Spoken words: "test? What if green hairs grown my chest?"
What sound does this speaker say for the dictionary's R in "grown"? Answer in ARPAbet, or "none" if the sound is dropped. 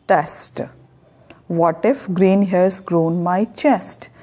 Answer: R